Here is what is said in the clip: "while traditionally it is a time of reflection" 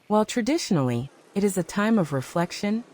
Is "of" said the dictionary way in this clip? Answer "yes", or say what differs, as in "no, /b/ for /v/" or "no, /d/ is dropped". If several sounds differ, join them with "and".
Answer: yes